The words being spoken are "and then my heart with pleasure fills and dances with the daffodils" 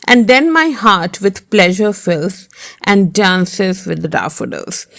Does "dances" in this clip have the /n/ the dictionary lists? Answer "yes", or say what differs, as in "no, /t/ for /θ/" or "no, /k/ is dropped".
yes